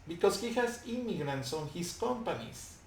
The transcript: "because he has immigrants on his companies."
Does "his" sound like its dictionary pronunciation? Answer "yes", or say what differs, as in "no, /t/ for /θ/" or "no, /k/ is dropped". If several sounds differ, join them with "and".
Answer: no, /s/ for /z/